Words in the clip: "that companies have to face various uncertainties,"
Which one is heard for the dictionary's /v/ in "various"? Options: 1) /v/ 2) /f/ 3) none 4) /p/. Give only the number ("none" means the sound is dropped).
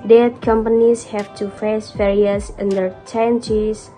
2